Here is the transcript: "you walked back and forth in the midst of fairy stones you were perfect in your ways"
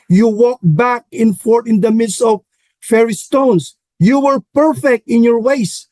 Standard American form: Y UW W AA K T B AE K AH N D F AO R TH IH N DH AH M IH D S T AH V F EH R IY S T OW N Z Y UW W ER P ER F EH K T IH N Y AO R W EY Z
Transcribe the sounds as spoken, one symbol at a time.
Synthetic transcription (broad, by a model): Y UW W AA K B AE K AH N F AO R T IH N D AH M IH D S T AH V F EH R IY S T OW N S Y UW W ER P ER F EH K T IH N Y AO R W EY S